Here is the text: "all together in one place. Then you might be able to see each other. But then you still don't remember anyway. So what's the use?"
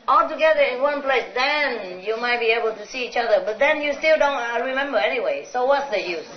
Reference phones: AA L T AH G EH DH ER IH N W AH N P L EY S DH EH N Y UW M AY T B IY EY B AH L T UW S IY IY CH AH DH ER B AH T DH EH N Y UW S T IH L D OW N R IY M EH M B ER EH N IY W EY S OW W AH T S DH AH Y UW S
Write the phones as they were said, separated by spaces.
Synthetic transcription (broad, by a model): AA L T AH G EH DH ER IH N W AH N P L EY S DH EH N Y UW M AY T B IY EY B AH L T UW S IY IY CH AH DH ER B AH T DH EH N Y UW S T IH L D OW N R IY M EH M B ER EH N IY W EY S OW W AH T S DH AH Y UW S